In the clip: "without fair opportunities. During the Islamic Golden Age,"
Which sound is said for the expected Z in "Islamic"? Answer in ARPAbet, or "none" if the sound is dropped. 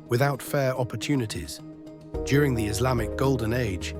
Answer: Z